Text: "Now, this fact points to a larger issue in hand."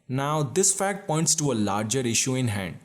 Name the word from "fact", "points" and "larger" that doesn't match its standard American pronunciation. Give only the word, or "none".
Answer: none